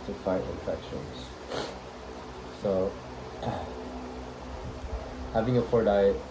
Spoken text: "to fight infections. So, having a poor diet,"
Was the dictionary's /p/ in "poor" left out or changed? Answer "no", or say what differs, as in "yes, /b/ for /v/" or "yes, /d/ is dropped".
yes, /f/ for /p/